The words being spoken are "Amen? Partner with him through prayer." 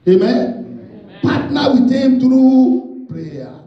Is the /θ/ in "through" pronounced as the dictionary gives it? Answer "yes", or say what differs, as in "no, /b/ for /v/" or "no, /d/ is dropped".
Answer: no, /t/ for /θ/